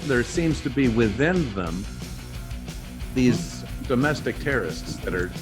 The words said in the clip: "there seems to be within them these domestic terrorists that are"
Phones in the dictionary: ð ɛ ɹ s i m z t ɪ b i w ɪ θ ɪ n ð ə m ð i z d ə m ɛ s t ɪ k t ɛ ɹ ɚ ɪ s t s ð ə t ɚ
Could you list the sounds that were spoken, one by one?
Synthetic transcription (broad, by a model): ð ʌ ɹ s i m z t ɪ b i w ɪ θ ɪ n ð ə m ð i z d ə m ɛ s t ɪ k t ɛ ɹ ɚ ɪ s t s ð ə t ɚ